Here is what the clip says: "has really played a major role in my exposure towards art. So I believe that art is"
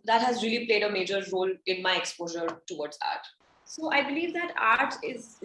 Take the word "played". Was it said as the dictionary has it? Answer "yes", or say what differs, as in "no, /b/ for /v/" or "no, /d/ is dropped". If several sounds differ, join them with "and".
yes